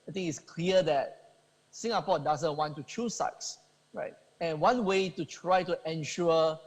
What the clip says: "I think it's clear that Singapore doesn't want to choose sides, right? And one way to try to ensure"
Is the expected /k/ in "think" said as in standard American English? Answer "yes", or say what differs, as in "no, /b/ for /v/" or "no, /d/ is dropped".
no, /k/ is dropped